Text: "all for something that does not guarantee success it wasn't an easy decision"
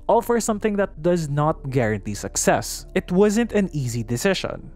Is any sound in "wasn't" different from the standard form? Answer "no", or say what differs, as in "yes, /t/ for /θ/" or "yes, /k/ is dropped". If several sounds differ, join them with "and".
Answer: no